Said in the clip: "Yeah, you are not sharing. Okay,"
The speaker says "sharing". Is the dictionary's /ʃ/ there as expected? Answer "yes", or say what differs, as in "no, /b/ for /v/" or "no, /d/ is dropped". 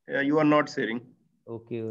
no, /s/ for /ʃ/